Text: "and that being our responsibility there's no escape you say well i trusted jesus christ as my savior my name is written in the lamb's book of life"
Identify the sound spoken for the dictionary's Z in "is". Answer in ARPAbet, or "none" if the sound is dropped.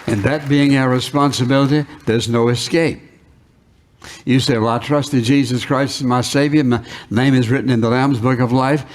Z